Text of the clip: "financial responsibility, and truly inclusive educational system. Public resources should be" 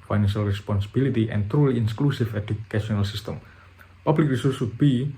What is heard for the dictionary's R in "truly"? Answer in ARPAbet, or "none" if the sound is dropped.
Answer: R